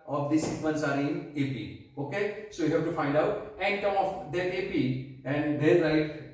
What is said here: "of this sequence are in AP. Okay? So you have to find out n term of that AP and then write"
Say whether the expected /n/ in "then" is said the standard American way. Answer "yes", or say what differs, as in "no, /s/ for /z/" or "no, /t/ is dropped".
no, /l/ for /n/